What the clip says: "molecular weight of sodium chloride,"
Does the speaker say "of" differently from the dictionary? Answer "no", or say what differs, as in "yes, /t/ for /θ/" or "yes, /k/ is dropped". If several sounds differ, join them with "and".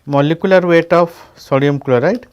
yes, /p/ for /v/